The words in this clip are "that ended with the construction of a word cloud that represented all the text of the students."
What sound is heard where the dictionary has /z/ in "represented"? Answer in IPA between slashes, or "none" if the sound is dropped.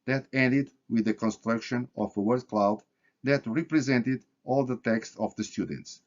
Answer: /z/